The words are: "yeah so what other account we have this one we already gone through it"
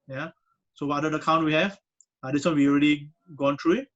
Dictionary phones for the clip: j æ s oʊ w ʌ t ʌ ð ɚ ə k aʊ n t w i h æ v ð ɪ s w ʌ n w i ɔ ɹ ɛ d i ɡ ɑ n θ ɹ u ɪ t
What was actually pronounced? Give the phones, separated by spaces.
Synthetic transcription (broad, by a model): j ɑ s oʊ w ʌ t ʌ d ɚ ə k aʊ n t w i h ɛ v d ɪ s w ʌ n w i ɔ ɹ ɛ d i ɡ ɑ n t ɹ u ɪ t